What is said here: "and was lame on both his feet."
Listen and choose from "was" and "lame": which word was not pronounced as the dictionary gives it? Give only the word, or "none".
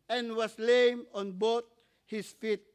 was